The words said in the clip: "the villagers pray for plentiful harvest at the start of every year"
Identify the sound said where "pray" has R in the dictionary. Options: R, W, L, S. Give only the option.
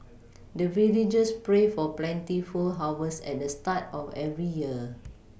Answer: R